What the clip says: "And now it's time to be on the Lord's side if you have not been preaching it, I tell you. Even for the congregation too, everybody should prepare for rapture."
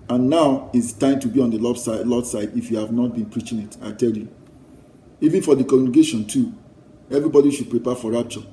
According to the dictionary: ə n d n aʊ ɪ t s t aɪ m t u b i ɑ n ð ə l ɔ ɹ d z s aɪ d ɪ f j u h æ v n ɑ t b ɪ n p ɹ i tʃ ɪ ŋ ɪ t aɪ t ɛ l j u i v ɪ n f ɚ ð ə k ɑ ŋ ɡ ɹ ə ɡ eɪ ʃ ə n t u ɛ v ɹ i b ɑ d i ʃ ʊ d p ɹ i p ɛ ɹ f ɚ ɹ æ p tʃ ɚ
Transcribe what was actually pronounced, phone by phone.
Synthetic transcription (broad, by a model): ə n n aʊ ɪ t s t aɪ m t u b i ɑ n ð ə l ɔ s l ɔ s aɪ d ɪ f j u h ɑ v n ɑ t b ɪ n p ɹ i tʃ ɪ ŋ ɪ t aɪ t ɛ l j u i v ɪ n f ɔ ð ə k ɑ ɡ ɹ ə ɡ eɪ ʃ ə n t u ɛ v ɹ i b ɑ d i ʃ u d p ɹ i p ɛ f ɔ ɹ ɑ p tʃ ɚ